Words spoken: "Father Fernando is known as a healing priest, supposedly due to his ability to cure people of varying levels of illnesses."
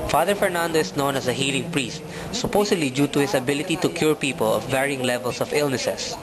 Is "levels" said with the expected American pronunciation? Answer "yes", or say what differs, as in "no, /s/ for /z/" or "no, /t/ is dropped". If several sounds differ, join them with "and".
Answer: no, /s/ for /z/